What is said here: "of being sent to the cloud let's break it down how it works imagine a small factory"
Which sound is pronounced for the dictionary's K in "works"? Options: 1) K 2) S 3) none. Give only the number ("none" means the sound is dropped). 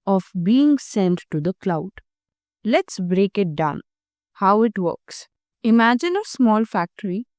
1